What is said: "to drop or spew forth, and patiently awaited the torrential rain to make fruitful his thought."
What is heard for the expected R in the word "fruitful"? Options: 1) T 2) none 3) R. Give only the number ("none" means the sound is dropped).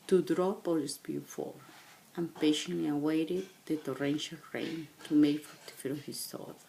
2